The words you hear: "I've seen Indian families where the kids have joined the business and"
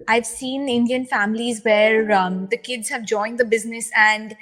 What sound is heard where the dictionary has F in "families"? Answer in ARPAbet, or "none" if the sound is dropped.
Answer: F